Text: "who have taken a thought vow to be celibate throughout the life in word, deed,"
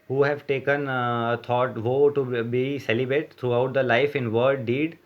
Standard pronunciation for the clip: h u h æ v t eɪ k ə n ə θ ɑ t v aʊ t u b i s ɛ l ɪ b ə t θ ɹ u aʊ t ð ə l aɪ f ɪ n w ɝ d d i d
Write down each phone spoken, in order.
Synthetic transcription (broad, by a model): h u h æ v t eɪ k ə n ə t ɑ t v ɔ t u b i s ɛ l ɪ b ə t t ɹ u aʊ t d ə l aɪ f ɪ n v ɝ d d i d